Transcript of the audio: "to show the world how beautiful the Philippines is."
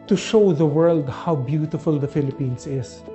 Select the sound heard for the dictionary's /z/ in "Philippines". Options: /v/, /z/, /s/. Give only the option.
/s/